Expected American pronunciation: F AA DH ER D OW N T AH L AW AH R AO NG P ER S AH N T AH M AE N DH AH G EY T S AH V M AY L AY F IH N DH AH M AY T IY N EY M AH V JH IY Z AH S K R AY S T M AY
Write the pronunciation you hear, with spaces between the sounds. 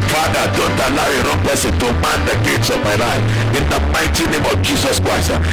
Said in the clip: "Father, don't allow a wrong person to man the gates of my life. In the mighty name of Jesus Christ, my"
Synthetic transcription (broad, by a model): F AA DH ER D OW N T AH L AW AH R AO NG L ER S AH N T AH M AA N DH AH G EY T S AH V M AY L AY F IH N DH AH M AY T IY N EY M AH V JH IY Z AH S K R AY S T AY